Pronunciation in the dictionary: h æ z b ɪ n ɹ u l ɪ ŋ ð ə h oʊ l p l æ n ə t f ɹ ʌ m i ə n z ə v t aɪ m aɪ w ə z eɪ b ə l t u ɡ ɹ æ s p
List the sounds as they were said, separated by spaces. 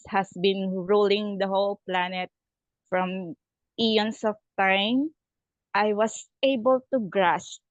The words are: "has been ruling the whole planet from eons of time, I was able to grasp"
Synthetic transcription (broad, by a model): h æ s b ɪ n ɹ u l ɪ ŋ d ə h oʊ l p l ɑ n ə t f ɹ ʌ m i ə n s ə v t aɪ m aɪ w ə s eɪ b ə l t u ɡ ɹ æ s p